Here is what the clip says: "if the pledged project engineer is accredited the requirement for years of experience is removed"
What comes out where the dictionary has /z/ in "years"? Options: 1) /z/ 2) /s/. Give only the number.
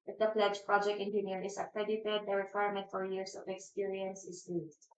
2